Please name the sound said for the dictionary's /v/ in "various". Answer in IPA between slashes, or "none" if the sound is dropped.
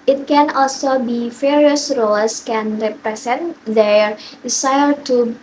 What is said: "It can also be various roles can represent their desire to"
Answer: /f/